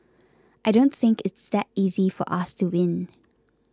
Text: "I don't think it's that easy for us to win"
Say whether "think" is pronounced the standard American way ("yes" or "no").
yes